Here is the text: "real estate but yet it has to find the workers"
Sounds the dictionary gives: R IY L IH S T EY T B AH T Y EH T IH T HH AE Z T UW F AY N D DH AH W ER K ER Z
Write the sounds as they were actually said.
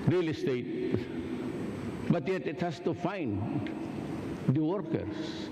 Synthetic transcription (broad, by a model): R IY L IH S T EY T B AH T Y EH T IH T HH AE S T UW F AY N D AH W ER K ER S